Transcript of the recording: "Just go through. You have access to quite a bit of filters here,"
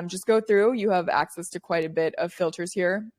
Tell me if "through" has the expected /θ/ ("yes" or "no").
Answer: yes